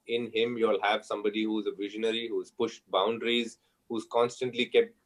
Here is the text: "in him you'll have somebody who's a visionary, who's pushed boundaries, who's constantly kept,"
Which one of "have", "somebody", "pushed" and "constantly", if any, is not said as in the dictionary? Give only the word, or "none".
none